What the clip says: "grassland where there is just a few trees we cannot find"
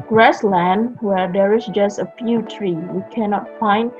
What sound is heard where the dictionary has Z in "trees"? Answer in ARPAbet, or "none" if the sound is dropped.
none